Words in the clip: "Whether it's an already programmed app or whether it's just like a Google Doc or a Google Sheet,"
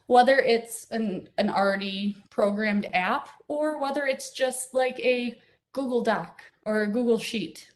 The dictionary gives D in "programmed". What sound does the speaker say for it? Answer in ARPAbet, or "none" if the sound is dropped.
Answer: D